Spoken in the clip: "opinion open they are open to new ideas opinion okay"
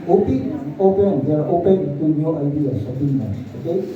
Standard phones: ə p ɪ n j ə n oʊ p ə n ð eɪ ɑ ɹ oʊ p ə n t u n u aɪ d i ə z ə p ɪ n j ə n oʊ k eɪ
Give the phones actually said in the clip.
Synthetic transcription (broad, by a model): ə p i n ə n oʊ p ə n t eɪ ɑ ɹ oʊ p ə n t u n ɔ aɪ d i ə s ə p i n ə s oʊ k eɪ